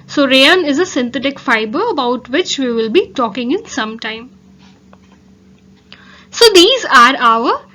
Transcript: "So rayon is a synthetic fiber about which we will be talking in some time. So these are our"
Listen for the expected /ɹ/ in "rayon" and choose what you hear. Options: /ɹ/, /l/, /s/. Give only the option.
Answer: /ɹ/